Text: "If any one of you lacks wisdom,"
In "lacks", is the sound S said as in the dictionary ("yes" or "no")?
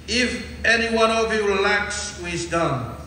yes